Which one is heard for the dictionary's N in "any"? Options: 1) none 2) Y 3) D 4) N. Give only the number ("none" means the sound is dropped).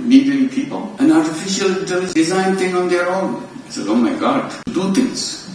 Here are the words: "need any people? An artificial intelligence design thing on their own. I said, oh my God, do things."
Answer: 1